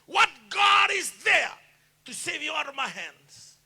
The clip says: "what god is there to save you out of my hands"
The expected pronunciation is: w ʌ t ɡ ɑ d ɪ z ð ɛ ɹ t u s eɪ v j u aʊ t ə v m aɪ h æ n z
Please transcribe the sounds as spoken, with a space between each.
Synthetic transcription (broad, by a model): w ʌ t ɡ ɑ d ɪ z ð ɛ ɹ t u s eɪ v j u aʊ t ə v m aɪ h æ n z